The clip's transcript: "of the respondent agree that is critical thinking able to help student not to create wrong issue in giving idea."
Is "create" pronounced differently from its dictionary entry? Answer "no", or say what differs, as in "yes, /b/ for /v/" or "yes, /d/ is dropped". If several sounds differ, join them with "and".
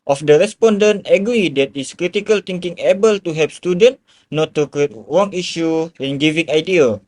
yes, /ɹ/ is dropped